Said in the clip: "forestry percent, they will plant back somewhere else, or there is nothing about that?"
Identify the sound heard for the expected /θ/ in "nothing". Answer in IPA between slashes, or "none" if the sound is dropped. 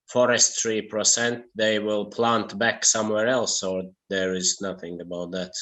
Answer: /θ/